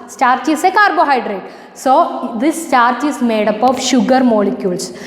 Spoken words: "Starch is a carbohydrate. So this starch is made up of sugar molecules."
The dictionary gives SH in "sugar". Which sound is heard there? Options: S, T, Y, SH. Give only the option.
SH